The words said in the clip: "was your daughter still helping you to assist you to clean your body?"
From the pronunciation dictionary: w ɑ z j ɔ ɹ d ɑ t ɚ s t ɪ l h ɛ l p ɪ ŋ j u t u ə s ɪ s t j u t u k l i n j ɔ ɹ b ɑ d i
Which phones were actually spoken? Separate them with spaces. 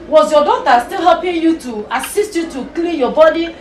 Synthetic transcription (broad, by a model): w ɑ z j ɔ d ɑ t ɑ s t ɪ l h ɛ p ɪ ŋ j u t u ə s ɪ s t j u t u k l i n j ɔ b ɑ d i